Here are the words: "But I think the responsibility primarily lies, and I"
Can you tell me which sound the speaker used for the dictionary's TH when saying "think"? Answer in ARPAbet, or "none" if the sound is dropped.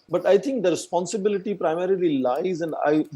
T